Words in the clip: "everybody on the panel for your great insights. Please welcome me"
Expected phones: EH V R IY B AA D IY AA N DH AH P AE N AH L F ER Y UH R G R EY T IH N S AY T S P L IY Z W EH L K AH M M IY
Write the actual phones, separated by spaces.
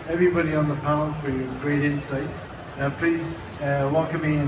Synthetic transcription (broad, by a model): EH V R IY B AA D IY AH N DH AH P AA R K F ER Y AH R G R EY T IH N S AY T S P L IY Z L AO K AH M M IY